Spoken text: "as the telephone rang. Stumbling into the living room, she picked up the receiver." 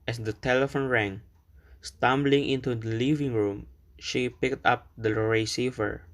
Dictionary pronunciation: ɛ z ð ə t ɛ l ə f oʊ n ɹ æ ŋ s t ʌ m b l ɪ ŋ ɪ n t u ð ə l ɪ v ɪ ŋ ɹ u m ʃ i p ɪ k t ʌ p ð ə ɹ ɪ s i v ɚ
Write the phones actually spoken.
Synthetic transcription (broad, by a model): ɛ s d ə t ɛ l ə f oʊ n ɹ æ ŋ s t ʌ m b l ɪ ŋ ɪ n t u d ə l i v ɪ ŋ ɹ u m ʃ i p ɪ k t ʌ p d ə ɹ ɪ s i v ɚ